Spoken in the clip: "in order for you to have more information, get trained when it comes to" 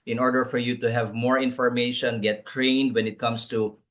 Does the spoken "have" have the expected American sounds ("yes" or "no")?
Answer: yes